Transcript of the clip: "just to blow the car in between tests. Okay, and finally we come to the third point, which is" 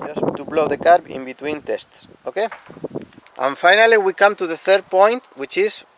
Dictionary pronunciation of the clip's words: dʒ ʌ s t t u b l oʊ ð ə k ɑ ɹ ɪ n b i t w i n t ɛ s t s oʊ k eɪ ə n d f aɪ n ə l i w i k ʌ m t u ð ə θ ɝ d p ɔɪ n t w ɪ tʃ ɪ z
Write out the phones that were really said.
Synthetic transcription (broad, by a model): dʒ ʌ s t t u b l oʊ ð ə k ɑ ɹ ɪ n b i t w i n t ɛ s t s oʊ k eɪ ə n f aɪ n ə l i w i k ʌ m t u ð ə θ ɝ d p ɔɪ n t w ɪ tʃ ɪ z